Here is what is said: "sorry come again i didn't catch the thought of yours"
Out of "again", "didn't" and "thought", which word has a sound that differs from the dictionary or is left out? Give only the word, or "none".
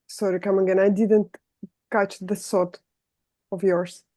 thought